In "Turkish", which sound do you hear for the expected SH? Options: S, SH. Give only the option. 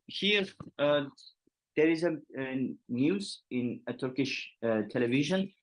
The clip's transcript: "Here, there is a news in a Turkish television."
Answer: SH